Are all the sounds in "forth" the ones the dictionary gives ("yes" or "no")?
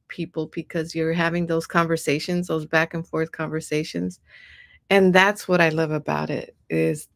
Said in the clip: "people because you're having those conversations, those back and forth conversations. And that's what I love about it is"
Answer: yes